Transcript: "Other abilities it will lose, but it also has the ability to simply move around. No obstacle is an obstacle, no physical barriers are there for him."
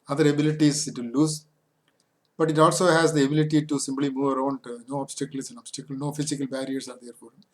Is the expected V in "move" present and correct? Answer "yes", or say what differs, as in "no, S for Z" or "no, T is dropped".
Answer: yes